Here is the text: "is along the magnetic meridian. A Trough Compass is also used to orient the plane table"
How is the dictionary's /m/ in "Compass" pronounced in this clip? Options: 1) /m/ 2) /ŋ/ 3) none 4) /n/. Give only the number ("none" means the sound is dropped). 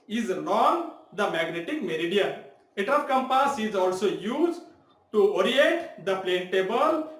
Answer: 1